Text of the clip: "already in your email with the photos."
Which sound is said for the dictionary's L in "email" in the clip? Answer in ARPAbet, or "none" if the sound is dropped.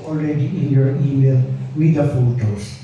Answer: N